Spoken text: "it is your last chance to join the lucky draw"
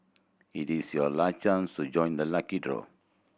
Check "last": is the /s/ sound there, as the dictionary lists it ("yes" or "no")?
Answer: no